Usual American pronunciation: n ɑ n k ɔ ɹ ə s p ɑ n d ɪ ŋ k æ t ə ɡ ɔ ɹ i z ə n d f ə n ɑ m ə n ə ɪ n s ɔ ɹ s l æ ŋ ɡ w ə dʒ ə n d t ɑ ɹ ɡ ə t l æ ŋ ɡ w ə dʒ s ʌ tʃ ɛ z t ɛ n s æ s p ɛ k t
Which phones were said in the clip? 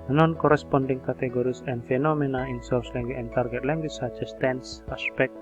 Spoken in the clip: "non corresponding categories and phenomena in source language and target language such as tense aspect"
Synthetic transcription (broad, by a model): n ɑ n k ɔ ɹ ə s p ɑ n d ɪ ŋ k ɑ t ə ɡ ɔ ɹ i s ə n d f ə n ɑ m ə n ə ɪ n s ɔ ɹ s l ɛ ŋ ɡ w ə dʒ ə n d t ɑ ɹ ɡ ə t l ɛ ŋ ɡ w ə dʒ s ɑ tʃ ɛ s t ɛ n s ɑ s p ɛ k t